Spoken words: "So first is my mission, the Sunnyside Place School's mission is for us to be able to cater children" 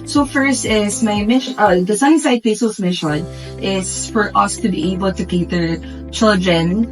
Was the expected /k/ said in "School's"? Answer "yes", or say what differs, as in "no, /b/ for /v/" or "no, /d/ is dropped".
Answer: no, /k/ is dropped